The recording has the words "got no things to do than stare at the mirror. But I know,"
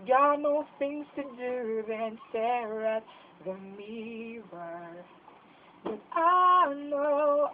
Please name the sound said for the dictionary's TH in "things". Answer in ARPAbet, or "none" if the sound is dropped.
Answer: TH